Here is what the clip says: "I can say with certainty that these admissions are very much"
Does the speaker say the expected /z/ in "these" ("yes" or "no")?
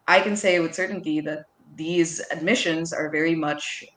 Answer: yes